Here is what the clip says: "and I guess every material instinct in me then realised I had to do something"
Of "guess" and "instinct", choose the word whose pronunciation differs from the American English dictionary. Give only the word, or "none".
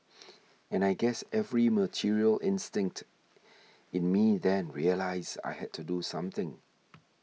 none